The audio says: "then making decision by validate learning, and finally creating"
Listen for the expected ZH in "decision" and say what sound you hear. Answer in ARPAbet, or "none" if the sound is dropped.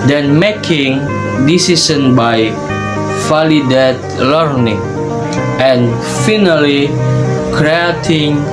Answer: S